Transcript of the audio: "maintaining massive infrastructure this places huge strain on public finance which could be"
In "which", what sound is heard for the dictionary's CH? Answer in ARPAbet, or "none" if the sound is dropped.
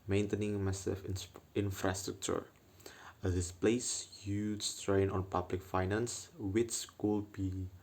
S